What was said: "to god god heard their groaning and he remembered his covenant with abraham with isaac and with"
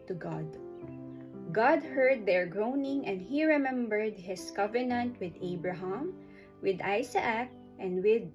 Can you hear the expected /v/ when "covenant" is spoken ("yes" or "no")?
yes